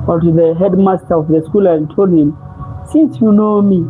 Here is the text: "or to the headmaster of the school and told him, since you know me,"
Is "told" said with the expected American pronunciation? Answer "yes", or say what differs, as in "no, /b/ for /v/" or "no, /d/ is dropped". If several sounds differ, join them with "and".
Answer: yes